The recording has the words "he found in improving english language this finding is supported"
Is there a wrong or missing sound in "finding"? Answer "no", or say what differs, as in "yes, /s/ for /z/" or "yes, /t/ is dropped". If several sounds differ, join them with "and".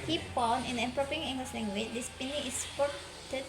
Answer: yes, /p/ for /f/